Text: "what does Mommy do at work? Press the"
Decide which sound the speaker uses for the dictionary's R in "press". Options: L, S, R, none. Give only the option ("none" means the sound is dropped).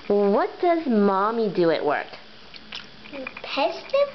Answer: none